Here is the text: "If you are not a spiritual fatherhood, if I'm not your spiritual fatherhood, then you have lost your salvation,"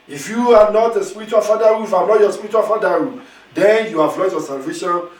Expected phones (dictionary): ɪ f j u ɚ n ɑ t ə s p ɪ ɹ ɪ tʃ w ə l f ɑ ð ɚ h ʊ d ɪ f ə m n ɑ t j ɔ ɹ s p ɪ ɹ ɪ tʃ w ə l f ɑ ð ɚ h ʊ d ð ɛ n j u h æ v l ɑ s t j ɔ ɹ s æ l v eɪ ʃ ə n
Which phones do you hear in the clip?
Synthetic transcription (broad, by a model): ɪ f j u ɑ n ɑ t ə s p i ɹ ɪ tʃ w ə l f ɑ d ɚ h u ɪ f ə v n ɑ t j ɔ s p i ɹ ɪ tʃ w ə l f ɑ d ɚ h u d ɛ n j u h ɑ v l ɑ t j ɔ s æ l v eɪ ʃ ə n